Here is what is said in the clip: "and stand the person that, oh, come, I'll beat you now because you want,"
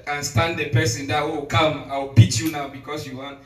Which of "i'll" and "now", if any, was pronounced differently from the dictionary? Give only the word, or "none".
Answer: i'll